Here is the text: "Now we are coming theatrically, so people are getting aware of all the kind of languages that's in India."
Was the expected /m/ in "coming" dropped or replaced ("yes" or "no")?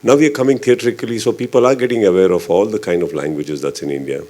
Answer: no